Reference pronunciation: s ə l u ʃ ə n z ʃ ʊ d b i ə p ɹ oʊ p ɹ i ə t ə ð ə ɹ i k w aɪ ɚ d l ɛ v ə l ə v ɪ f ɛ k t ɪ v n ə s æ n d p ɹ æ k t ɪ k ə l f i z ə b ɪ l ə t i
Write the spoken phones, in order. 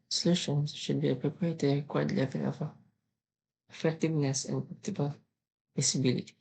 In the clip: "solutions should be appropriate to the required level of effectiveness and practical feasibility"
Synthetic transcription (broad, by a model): s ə l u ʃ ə n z ʃ ʊ d b i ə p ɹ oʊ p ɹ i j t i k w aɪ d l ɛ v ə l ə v ɪ f ɛ k t ɪ v n ə s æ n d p ɔ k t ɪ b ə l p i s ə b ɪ l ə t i